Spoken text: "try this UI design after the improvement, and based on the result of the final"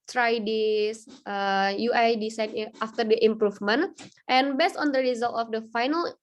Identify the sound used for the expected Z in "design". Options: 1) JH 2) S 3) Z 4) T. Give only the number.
2